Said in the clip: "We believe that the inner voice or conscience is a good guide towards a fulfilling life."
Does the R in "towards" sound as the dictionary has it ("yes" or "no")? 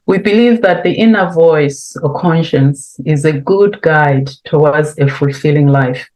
no